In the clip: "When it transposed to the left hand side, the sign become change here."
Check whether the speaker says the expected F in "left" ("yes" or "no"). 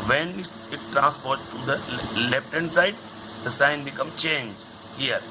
no